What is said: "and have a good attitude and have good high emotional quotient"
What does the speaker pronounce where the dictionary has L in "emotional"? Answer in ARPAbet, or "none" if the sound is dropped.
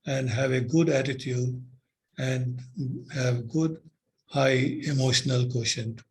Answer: L